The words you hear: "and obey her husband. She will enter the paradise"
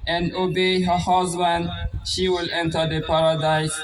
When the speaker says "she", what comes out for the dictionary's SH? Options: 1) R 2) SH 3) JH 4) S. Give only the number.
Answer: 2